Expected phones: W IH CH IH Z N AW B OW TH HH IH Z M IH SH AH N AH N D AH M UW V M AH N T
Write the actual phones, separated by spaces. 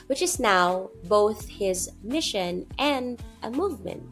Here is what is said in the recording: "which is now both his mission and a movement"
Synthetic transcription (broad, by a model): W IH CH IH Z N AW B OW TH HH IH Z M IH SH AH N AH N D AH M UW V M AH N T